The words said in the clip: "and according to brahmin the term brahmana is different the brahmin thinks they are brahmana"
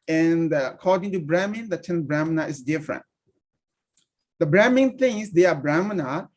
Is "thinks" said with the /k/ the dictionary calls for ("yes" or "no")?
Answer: no